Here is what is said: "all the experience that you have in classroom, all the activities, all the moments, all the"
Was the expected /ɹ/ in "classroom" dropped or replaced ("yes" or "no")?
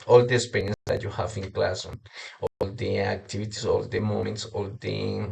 yes